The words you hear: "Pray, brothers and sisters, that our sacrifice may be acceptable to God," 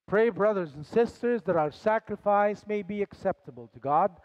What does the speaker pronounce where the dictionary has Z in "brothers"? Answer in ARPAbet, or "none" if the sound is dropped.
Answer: Z